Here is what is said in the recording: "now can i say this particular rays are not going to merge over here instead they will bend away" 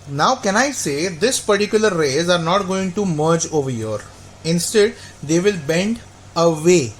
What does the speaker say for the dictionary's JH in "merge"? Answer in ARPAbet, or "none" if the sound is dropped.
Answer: JH